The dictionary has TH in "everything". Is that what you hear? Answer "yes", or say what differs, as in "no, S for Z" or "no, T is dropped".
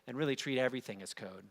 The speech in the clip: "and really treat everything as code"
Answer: yes